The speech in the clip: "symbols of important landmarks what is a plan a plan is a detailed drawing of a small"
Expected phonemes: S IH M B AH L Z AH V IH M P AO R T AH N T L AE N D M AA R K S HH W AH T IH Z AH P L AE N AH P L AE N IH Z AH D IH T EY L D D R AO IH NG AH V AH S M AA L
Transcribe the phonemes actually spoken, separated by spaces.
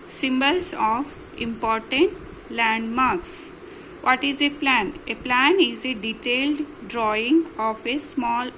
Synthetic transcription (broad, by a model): S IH M B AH L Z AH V IH M P AO R T AH N T L AE N D M AA R K S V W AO T IH Z AH P L AE N AH P L AE N IH Z AH D IH T EY L D D R AO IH NG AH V AH S M AA L